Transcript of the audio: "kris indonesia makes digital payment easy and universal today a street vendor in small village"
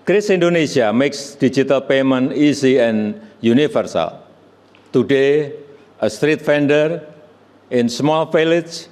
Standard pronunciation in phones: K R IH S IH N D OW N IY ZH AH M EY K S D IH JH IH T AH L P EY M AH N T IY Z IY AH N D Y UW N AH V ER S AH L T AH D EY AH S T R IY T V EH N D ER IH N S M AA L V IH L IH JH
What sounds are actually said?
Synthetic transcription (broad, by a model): K R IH S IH N D OW N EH S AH M EY K S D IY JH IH T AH L P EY M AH N IY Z IY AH N Y UW N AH F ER S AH L T AH D EY AH S T R IY T F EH N D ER IH N S M AA L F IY L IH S